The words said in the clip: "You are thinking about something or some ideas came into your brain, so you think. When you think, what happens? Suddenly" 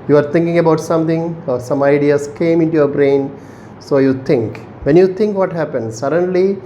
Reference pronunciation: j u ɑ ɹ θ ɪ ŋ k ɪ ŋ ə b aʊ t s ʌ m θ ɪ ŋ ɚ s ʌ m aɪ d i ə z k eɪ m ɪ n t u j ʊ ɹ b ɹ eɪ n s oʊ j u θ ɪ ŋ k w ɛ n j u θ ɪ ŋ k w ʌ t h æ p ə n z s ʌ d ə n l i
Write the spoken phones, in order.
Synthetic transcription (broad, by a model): j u ɑ ɹ t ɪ ŋ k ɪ ŋ ə b aʊ t s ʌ m t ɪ ŋ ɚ s ʌ m aɪ d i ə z k eɪ m ɪ n t u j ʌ ɹ b ɹ eɪ n s oʊ j u t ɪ ŋ k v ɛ n j u t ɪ ŋ k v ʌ t h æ p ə n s s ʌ d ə n l i